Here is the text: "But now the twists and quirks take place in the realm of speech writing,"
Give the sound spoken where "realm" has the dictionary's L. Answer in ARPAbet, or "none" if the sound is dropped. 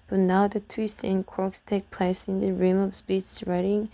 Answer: none